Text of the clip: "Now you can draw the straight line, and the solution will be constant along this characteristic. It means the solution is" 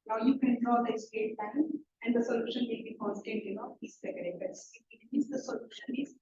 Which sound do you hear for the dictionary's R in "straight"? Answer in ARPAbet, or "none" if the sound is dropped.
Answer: none